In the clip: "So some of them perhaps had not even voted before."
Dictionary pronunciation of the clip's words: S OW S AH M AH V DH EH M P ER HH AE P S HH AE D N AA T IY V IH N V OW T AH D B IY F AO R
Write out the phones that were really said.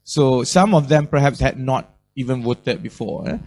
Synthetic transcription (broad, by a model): S OW S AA M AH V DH EH M P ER HH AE P S HH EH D N AA T IY V IH N W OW T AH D B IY F AO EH